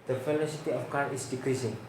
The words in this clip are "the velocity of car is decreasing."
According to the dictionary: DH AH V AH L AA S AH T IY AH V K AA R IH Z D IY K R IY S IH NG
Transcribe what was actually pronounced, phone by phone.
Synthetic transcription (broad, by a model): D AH F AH L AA S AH T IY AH F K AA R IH S D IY K R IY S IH NG